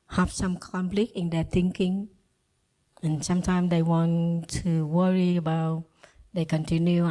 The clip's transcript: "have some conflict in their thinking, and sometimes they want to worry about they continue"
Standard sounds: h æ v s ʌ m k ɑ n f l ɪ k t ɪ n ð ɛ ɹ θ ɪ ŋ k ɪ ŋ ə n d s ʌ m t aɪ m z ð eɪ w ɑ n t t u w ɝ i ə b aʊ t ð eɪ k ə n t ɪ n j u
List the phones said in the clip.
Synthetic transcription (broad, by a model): h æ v s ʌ m k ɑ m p l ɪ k ɪ n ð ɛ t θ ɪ ŋ k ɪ ŋ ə n s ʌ m t aɪ m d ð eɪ w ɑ n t t u w ɝ i ə b aʊ t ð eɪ k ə n t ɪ n j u